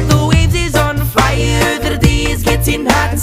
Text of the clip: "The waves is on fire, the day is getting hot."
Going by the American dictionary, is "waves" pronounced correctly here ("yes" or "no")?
no